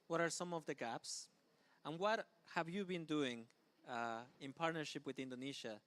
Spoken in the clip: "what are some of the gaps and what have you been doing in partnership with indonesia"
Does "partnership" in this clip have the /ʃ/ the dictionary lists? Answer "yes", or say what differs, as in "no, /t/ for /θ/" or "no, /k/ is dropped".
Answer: yes